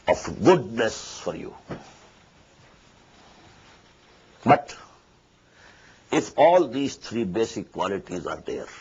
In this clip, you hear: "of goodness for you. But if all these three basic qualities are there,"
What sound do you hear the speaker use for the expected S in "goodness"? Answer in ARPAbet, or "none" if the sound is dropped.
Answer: S